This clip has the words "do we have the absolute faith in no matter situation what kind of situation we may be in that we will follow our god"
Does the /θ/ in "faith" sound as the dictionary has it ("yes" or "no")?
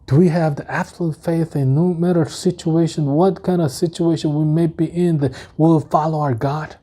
yes